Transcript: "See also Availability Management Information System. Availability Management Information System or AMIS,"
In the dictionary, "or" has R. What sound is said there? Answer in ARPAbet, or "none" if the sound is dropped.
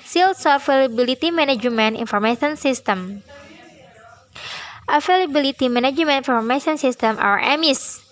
W